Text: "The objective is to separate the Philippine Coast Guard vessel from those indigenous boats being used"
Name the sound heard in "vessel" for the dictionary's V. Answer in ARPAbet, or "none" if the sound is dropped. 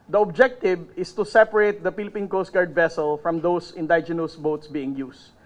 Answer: V